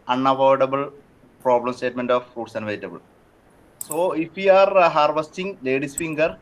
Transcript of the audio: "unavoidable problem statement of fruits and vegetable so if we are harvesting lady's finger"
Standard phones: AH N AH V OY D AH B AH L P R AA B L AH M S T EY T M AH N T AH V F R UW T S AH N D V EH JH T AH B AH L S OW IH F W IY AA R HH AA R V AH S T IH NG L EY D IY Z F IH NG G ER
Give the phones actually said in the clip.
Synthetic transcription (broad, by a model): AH N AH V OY D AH B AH L P R AA B L AH M S T EY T M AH N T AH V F R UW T S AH N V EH T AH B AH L S OW IH F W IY AA R HH AA R V AH S T IH NG L EY D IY S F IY NG G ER